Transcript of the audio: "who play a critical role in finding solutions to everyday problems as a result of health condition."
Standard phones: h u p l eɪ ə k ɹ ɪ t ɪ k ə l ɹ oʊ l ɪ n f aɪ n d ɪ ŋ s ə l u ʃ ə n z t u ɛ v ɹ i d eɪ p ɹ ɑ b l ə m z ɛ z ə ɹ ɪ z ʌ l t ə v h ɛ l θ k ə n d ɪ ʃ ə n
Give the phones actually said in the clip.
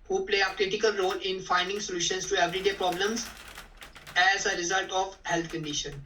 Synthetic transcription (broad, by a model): h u p l eɪ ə k ɹ ɪ t ɪ k ə l ɹ oʊ l ɪ n f aɪ n d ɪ ŋ s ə l u ʃ ə n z t u ɛ v ɹ i d eɪ p ɹ ɑ b l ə m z ɛ z ə ɹ ɪ z ʌ l t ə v h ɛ l t k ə n d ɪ ʃ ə n